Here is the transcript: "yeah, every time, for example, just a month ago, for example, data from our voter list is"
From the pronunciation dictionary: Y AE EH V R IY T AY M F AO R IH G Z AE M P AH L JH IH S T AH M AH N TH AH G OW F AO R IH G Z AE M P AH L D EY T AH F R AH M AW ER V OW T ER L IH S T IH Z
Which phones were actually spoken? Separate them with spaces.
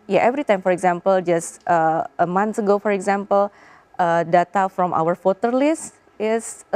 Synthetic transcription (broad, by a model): Y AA EH V R IY T AY M F AO R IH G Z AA M P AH L JH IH S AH AH M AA N S AH G OW F AO R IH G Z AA M P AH L D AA T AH F R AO M AW ER F OW T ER L IH S T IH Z